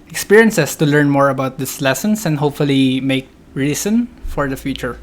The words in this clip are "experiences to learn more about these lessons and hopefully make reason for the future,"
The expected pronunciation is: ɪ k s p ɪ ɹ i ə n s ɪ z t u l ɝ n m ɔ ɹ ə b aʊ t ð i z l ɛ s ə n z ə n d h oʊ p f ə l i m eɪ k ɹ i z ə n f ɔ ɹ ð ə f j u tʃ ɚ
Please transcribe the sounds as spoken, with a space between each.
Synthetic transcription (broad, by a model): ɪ k s p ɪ ɹ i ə n s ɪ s t u l ɝ n m ɔ ɹ ə b aʊ t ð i s l ɛ s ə n s ə n d h oʊ p f ə l i m eɪ k ɹ i s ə n f ɔ ɹ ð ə f j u tʃ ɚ